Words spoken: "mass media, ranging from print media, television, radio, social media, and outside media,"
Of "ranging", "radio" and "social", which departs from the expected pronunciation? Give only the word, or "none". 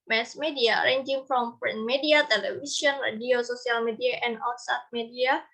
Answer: social